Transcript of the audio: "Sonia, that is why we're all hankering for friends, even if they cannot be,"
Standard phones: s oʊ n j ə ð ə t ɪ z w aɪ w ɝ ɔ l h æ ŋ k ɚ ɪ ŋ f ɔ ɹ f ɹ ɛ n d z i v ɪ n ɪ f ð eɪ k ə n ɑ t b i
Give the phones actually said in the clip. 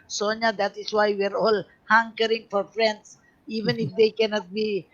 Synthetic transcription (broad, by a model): s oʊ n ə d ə t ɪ s w aɪ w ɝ ɔ l h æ ŋ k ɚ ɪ ŋ f ɔ ɹ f ɹ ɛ n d s i v ɪ n ɪ f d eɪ k ə n ɑ t b i